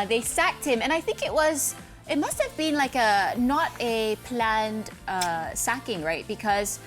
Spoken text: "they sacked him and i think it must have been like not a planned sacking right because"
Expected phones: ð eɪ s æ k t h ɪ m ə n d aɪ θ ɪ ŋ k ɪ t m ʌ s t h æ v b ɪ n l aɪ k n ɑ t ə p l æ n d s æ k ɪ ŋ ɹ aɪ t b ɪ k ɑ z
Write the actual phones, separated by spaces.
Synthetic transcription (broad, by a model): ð eɪ s æ k t h ɪ m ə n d aɪ θ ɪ ŋ k ɪ t m ʌ s t h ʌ v b ɪ n l aɪ k n ɑ t ə p l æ n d s æ k ɪ ŋ ɹ aɪ t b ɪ k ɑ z